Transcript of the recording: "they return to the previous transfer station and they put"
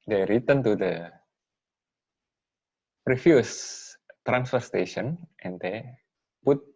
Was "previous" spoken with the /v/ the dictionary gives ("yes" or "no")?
no